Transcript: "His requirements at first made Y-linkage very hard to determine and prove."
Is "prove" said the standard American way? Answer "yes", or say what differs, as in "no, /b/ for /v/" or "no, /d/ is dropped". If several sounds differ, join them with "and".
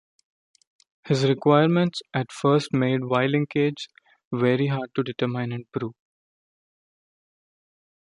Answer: no, /v/ is dropped